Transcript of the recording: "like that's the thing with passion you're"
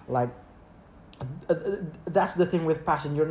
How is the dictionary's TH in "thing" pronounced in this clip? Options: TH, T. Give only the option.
TH